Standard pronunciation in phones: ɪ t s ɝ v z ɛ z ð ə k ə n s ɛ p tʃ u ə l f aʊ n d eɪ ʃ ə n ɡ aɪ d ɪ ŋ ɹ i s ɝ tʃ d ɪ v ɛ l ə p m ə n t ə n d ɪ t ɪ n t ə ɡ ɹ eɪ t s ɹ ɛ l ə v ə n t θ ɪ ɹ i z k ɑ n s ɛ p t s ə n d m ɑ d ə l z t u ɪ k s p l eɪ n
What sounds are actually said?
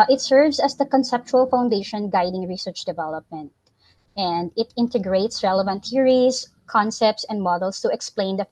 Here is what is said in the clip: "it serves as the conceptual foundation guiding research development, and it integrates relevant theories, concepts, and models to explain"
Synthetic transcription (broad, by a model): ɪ t s ɝ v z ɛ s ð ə k ə n s ɛ p tʃ u ə l f aʊ n d eɪ ʃ ə n ɡ aɪ d ɪ ŋ ɹ i s ɝ tʃ d ɪ v ɛ l ə p m ə n t ə n d ɪ t ɪ n t ə ɡ ɹ eɪ t s ɹ ɛ l ə v ə n t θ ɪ ɹ i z k ɑ n s ɛ p t s ə n d m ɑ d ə l s t u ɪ k s p l eɪ n